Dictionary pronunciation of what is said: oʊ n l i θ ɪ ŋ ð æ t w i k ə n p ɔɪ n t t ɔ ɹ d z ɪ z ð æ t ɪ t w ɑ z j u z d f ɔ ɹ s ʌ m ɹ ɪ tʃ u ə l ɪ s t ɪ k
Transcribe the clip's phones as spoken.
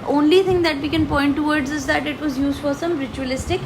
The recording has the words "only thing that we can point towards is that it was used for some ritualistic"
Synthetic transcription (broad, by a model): oʊ n l i t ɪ ŋ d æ t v i k ə n p ɔɪ n t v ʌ ɹ d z ɪ z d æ t ɪ t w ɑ z j u z d f ɔ ɹ s ʌ m ɹ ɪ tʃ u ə l ɪ s t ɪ k